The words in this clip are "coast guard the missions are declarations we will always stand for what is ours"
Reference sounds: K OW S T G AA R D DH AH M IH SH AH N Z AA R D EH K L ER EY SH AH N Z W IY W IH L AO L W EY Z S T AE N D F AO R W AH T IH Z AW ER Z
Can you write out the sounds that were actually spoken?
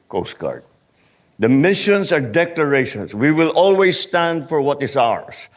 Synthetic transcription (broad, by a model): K OW S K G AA R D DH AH M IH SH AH N S AA R D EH K L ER EY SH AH N S W IY W IH L AO L W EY S T AE N D F AO R W AH T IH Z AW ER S